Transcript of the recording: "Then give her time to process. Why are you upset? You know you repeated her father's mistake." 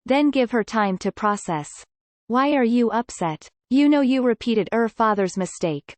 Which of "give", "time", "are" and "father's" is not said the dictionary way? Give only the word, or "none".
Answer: none